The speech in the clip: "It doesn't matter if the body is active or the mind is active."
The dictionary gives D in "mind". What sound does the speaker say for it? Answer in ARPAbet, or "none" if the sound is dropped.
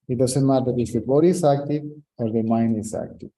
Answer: none